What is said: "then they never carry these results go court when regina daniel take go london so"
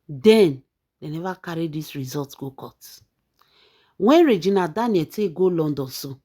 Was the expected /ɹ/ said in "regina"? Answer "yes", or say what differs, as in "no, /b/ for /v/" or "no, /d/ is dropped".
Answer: yes